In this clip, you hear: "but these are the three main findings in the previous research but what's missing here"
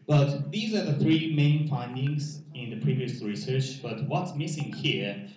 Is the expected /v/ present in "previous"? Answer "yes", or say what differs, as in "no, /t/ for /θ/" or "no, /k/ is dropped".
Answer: yes